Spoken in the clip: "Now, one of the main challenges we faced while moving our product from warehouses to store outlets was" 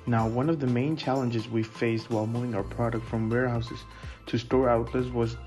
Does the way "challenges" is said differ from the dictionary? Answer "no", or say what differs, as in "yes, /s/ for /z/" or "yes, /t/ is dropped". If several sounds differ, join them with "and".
no